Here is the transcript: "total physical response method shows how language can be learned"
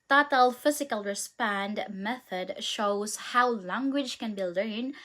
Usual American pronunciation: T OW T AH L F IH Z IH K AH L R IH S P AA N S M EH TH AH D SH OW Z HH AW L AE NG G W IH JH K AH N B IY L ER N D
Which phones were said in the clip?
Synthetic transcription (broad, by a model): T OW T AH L F IH Z IH K AH L R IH S P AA N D M EH TH AH D SH OW Z HH AW L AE NG G W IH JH K AH N B IY L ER N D